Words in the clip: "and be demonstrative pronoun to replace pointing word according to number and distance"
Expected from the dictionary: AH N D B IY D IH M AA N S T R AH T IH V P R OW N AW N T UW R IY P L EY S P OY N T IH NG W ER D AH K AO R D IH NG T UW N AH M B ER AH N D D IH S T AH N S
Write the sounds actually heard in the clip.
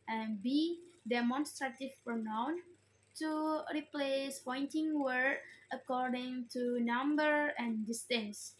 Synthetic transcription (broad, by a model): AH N B IY D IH M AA N S T R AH T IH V P R OW N AW N T UW R IY P L EY S P OY N T IH NG W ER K AH K AO R D IH NG T UW N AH M B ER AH N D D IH S T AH N S